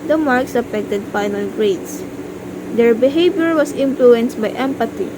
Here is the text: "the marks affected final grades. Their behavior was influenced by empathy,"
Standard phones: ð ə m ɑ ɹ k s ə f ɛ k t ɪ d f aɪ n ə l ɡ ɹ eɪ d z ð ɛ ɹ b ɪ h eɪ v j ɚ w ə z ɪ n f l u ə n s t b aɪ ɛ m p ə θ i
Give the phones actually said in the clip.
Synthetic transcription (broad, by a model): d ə m ɑ ɹ k s ə f ɛ k t ɪ d f aɪ n ə l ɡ ɹ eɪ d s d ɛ ɹ b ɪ h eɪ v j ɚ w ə s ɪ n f l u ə n s t b aɪ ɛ m p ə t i